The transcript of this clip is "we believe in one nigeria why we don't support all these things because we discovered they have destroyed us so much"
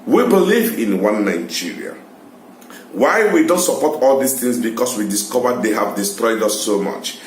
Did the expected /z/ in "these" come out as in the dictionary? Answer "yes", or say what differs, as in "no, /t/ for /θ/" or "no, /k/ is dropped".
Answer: no, /s/ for /z/